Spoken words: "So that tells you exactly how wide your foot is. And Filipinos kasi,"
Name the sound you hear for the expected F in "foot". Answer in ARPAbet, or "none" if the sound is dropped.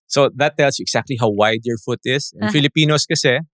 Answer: F